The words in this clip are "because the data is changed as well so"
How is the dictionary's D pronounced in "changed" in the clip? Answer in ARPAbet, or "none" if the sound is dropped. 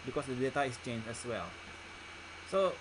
none